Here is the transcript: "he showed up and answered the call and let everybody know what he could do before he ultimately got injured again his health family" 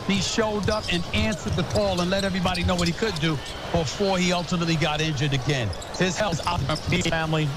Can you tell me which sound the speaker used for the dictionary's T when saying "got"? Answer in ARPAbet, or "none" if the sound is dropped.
T